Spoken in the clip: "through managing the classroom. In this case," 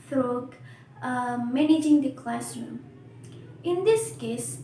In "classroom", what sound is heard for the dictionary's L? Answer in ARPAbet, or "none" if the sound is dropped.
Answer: L